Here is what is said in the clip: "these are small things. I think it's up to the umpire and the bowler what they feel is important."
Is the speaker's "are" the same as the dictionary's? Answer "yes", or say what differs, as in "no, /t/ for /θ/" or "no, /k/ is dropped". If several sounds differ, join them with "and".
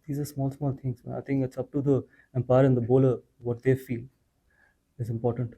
no, /l/ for /ɹ/